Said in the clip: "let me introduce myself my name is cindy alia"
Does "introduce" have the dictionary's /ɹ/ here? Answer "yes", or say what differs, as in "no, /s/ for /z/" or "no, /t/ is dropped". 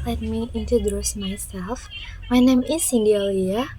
no, /ɹ/ is dropped